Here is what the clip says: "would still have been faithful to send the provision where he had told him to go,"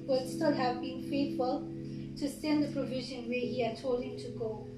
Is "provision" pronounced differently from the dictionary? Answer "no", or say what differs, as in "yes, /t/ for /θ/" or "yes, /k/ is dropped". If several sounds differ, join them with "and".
no